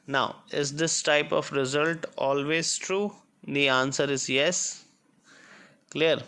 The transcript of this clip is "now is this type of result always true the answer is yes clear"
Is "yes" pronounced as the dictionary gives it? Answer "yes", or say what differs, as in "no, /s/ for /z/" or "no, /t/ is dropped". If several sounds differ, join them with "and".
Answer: yes